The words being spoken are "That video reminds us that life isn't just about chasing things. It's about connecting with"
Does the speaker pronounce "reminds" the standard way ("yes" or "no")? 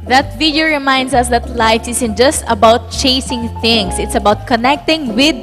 no